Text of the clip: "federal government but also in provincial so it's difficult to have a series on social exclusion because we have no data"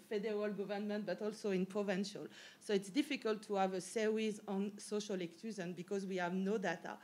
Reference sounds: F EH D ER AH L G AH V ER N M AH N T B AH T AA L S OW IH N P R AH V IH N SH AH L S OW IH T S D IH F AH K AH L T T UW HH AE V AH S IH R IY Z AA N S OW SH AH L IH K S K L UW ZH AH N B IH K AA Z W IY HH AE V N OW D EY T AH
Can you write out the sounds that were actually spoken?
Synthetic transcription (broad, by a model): F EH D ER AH L G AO V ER N M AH N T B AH T AA L S OW IH N P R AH V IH N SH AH L S OW IH T S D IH F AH K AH L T T UW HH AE V AH S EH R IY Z AA N S OW SH AH L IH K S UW Z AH N B IH K AA Z W IY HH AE V N OW D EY T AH